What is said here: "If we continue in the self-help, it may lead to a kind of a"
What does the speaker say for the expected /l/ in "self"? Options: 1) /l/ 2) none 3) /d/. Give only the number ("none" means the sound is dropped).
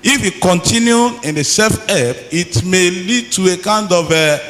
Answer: 2